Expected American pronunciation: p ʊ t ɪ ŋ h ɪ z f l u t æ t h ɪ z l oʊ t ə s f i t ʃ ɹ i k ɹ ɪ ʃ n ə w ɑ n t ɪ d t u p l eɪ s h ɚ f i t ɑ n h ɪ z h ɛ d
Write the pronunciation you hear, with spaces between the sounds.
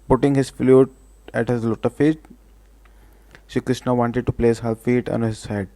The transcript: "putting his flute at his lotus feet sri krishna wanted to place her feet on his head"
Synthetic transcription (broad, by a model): p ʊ t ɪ ŋ h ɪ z f l u t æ t h ɪ z l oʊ t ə f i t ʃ i k ɹ ɪ ʃ n ə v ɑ n t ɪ d t u p l eɪ s h ɚ f i t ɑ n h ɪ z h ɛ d